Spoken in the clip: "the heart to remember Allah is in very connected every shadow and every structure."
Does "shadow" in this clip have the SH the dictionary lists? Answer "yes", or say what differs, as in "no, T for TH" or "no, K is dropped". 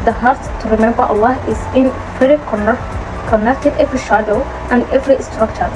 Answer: yes